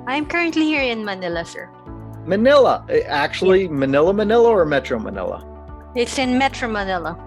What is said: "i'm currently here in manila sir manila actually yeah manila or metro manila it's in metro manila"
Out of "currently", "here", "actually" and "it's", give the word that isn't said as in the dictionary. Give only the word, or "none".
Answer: actually